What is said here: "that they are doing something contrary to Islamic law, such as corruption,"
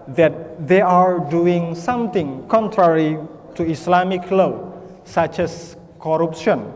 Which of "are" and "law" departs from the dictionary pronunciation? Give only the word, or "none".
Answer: none